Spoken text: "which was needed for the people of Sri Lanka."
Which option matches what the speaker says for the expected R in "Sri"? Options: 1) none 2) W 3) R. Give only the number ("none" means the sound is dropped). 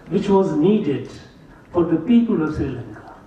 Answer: 1